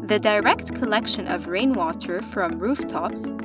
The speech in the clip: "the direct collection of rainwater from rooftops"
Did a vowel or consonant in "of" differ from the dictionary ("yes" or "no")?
no